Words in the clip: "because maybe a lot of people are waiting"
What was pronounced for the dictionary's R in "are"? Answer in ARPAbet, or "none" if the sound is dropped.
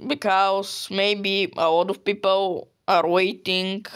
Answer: R